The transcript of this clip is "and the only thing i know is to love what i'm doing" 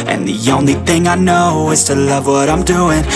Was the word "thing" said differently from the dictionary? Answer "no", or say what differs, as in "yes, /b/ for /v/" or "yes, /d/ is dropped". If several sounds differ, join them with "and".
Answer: no